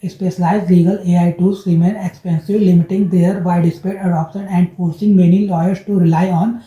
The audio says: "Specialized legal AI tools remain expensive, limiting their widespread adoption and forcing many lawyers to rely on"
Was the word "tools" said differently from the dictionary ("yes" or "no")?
yes